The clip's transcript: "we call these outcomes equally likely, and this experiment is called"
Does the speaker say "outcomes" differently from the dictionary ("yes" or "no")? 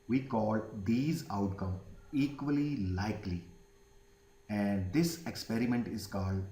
yes